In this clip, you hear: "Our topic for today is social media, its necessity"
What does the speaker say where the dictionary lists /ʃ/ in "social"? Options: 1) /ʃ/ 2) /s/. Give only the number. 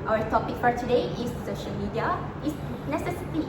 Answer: 1